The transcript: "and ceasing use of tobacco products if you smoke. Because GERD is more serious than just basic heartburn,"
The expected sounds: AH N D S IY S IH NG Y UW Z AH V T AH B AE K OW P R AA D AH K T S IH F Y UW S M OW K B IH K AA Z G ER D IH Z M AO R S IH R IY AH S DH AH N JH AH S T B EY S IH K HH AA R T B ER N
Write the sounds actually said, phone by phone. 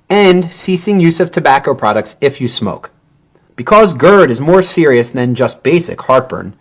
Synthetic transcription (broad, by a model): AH N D S IY S IH NG Y UW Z AH V T AH B AE K OW P R AA D AH K T S IH F Y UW S M OW K B IH K AA Z G ER D IH Z M AO R S IH R IY AH S DH AH N JH AH S T B EY S IH K HH AA R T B ER N